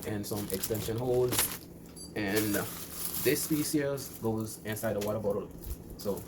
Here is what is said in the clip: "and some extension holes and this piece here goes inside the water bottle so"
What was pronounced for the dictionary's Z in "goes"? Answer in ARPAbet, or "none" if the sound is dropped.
Z